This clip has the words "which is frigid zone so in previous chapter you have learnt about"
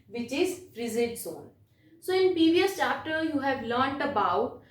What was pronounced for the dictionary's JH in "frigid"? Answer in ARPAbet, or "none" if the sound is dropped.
Z